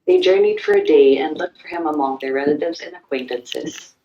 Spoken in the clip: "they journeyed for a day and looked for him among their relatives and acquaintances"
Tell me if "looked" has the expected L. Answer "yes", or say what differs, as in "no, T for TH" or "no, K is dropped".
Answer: yes